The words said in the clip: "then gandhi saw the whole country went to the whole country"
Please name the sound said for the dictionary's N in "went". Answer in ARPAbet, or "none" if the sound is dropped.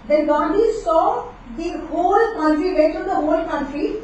none